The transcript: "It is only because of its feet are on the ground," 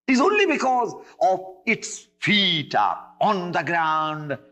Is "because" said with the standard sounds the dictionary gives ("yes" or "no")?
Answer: yes